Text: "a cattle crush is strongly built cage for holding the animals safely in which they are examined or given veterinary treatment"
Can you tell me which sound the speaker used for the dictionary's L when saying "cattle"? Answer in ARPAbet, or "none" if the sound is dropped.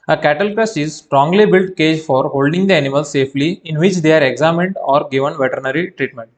L